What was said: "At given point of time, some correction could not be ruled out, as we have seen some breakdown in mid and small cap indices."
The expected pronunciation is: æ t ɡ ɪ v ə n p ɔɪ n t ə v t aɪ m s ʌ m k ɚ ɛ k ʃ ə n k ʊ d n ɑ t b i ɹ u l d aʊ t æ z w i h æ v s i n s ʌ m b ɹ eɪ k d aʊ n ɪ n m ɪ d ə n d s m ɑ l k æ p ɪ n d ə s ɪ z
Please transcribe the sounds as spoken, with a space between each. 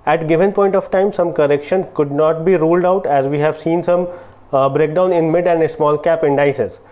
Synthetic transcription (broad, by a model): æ t ɡ ɪ v ə n p ɔɪ n t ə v t aɪ m s ʌ m k ɚ ɛ k ʃ ə n k ʊ d n ɑ t b i ɹ u l d aʊ t æ z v i h æ v s i n s ʌ m b ɹ eɪ k d aʊ n ɪ n m ɪ d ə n d s m ɑ l k æ p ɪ n d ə s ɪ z